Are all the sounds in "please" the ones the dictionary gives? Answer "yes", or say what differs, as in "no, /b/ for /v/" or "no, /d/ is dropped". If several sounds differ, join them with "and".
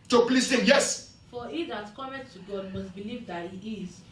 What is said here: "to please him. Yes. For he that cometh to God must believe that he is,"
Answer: no, /s/ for /z/